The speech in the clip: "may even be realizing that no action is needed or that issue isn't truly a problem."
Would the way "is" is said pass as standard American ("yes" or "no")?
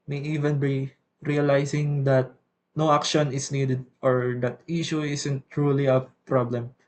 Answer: no